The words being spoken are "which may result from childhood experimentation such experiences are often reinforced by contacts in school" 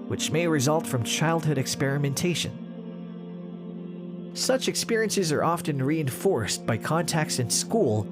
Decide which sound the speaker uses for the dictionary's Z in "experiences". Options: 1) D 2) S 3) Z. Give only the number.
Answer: 3